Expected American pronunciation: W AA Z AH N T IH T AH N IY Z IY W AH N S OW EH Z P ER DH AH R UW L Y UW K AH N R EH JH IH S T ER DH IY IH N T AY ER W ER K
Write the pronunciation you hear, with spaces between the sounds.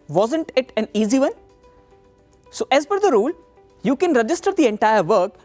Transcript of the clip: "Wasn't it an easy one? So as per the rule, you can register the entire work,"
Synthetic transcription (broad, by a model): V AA Z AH N T IH T AH N IY Z IY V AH N S OW EH Z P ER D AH R UW L Y UW K AH N R EH JH IH S T ER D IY IH N T AY ER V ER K